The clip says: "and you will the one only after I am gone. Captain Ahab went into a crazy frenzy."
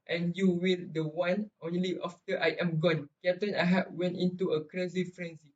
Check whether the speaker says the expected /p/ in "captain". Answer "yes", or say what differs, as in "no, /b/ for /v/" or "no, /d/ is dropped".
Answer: no, /p/ is dropped